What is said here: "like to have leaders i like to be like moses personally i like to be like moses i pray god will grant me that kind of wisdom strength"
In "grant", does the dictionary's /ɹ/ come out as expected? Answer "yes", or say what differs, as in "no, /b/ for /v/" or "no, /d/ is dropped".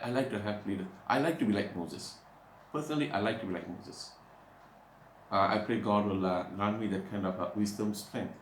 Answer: no, /ɹ/ is dropped